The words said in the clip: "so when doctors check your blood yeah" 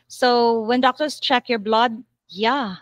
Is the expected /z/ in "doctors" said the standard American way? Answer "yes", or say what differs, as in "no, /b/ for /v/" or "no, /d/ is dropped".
no, /s/ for /z/